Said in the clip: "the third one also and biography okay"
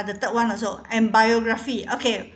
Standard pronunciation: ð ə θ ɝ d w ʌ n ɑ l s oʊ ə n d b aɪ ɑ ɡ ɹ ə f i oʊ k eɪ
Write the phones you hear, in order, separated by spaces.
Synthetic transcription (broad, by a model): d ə t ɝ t w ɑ n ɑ s oʊ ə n b aɪ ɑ ɡ ɹ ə f i oʊ k eɪ